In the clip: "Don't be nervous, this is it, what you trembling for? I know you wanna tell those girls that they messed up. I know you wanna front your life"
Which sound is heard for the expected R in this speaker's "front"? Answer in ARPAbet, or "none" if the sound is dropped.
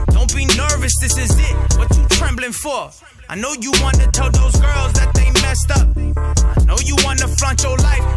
L